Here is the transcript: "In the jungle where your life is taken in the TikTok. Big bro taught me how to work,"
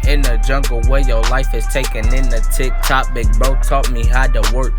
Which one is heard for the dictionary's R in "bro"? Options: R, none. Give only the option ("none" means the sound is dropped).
none